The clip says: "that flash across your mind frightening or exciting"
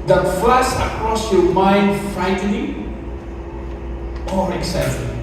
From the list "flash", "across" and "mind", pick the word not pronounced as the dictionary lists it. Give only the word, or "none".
flash